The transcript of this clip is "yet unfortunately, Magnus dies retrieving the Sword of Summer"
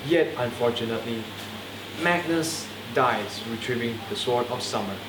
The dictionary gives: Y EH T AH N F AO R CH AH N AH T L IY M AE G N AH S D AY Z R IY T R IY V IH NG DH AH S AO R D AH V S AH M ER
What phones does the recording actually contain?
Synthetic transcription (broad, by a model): Y EH T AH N F AO CH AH N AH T L IY M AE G N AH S D AY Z R IY T R IY V IH NG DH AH S AO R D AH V S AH M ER